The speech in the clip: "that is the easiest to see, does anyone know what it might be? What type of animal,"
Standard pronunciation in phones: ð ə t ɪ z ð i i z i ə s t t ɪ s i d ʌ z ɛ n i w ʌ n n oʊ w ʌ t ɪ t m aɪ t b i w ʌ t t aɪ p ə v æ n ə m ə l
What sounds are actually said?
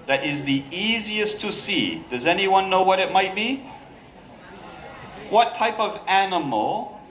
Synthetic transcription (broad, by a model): ð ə t ɪ z ð i i z i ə s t t ɪ s i d ʌ z ɛ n i w ʌ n n oʊ w ʌ t ɪ t m aɪ t b i w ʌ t t aɪ p ə v æ n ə m l